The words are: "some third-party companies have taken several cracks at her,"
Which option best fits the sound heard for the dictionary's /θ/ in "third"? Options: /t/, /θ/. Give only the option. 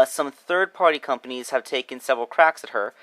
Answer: /θ/